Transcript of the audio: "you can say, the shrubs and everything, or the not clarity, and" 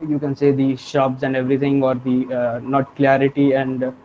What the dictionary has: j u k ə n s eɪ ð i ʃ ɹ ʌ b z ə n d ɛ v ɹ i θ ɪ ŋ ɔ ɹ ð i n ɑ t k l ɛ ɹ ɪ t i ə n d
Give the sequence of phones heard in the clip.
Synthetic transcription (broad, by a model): j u k ə n s eɪ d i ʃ ɔ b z ə n d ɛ v ɹ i t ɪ ŋ ɔ ɹ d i n ɑ t k l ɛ ɹ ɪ t i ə n d